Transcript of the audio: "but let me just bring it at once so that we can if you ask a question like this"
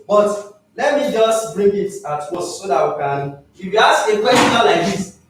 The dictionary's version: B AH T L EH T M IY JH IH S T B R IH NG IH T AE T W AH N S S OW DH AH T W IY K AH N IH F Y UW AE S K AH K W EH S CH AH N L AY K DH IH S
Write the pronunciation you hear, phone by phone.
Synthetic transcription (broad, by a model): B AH T L EH T M IY JH IH S T B R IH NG IH T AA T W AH S S OW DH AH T W IY K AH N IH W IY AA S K AH K W EH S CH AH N L AY K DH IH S